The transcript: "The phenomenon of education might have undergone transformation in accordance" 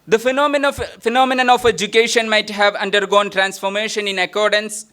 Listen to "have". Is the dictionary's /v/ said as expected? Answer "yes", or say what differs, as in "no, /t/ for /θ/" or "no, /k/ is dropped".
yes